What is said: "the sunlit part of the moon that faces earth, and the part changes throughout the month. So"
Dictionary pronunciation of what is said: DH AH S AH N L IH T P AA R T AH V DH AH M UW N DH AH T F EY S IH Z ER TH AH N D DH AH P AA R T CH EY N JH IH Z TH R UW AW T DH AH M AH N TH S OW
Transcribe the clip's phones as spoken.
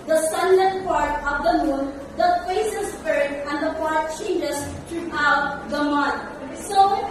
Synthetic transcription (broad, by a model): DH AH S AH N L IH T P AA R T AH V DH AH M UW N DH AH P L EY S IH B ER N AH N D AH P AA R T CH EY N JH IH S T R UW AW T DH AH M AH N T S OW